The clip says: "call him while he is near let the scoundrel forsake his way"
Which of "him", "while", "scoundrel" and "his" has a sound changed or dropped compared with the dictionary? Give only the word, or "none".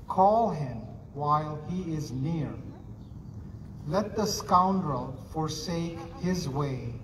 none